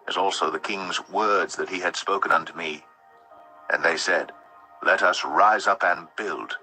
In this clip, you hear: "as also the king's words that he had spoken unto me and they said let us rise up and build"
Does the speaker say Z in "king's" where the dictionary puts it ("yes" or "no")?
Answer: yes